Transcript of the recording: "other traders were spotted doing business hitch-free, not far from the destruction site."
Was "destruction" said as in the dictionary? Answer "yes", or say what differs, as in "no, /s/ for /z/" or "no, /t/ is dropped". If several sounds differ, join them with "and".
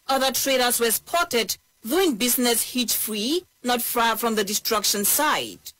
yes